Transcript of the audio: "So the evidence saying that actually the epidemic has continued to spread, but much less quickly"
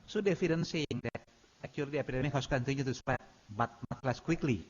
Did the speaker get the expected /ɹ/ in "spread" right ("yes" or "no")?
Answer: no